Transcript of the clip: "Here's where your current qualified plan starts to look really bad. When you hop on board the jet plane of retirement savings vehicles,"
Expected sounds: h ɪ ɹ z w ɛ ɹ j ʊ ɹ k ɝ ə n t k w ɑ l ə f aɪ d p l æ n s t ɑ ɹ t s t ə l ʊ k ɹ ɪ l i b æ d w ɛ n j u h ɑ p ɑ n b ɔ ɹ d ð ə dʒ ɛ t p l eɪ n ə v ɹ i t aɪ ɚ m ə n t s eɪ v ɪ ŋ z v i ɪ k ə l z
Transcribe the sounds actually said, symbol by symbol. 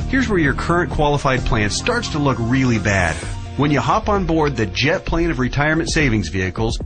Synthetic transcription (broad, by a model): h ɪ ɹ z w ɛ ɹ j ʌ ɹ k ɝ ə n k w ɑ l ə f aɪ d p l æ n s t ɑ ɹ t s t ə l ʊ k ɹ ɪ l i b æ d w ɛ n j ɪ h ɑ p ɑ n b ɔ ɹ d ð ə dʒ ɛ t p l eɪ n ə v ɹ i t aɪ ɚ m ə n t s eɪ v ɪ ŋ z v i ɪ k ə l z